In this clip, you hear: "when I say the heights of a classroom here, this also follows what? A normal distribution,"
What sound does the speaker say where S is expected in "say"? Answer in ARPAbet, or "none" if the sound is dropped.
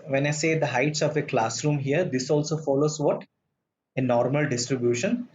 S